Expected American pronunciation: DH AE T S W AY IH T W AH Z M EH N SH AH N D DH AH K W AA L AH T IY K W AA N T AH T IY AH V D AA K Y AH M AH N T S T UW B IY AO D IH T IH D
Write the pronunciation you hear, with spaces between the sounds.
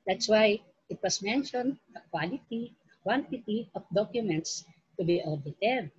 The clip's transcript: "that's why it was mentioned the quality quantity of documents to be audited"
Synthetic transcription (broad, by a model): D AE T S W AY IH T W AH S M EH N SH AH N D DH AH K W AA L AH T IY K W AA N T AH T IY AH F D AA K Y AH M AH N T S T UW B IY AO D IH T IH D